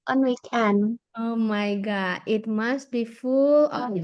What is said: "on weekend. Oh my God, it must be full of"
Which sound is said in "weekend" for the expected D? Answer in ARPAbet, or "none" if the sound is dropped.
none